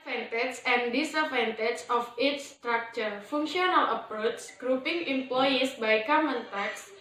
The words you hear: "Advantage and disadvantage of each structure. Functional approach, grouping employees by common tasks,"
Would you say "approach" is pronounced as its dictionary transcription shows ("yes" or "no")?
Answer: no